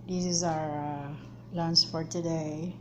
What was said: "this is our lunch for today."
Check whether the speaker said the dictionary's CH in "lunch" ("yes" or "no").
no